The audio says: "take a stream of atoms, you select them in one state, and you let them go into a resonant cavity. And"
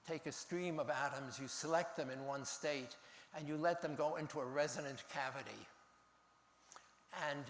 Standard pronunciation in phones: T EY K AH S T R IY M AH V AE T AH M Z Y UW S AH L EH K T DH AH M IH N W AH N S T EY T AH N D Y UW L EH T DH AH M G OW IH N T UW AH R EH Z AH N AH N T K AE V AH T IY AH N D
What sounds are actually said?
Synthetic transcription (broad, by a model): T EY K AH S T R IY M AH V AE T AH M Z Y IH S AH L EH K T DH AH M IH N W AH N S T EY T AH N Y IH L EH T DH AH M G OW IH N T UW AH R EH Z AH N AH N K AE V AH T IY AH N